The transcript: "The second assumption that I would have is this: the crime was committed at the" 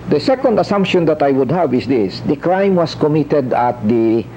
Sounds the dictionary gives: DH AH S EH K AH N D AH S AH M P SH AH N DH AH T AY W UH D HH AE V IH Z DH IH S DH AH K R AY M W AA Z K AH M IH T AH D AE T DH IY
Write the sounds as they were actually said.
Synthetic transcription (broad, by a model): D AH S EH K AH N D AH S AH M P SH AH N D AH T AY W UH D HH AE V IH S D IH S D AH K R AY M W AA S K AH M IH T AH D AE T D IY